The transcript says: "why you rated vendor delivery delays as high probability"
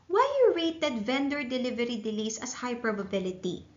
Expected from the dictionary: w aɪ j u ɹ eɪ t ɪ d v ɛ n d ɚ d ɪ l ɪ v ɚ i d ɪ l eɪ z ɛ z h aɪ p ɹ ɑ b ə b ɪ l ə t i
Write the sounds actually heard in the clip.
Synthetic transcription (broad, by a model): w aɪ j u ɹ eɪ t ɪ d v ɛ n d ɚ d ɪ l ɪ v ɚ i d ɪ l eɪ s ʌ s h aɪ p ɹ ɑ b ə b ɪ l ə t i